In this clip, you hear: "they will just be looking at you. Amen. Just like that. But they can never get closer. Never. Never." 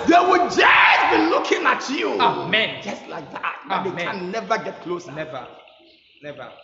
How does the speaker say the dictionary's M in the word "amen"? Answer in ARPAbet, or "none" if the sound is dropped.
M